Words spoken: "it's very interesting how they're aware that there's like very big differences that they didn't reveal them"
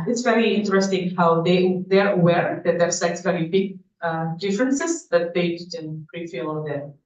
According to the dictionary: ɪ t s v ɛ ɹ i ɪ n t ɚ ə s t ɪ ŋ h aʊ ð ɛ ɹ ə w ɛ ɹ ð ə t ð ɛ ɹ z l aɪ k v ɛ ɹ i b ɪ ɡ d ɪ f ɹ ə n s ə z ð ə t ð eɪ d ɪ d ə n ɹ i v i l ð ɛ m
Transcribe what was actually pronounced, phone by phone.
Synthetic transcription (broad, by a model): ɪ t s v ɛ ɹ i ɪ n t ɚ ə s t ɪ ŋ h aʊ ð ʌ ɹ ə w ɛ ɹ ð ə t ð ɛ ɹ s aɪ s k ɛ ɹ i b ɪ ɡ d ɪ f ɹ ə n s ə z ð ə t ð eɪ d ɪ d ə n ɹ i f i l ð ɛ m